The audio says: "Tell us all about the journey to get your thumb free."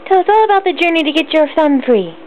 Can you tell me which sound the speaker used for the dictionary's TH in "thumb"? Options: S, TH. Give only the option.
S